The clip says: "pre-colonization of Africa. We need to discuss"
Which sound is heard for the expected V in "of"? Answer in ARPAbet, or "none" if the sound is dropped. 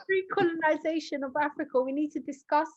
V